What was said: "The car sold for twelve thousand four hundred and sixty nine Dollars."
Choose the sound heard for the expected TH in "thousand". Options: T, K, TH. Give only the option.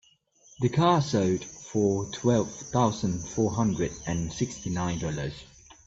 TH